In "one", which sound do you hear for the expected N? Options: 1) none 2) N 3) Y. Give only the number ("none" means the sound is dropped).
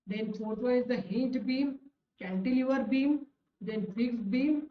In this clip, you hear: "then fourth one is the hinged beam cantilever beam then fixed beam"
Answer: 1